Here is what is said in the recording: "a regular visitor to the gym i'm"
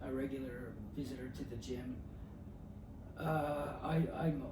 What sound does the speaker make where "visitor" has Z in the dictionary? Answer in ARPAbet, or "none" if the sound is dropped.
Z